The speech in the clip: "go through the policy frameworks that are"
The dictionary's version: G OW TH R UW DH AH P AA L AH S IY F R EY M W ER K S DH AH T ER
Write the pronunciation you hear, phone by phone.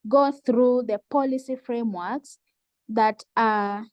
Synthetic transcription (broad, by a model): G OW TH R UW DH AH P AA L AH S IY F R EY M W ER K S DH AH T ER